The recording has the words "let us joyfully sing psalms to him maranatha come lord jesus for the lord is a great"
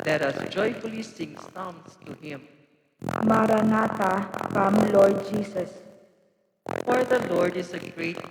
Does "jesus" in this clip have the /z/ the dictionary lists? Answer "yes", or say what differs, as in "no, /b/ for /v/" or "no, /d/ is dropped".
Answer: no, /s/ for /z/